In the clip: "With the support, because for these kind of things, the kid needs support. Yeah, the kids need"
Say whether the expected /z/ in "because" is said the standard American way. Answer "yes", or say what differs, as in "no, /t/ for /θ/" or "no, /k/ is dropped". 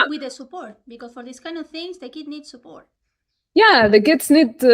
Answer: no, /s/ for /z/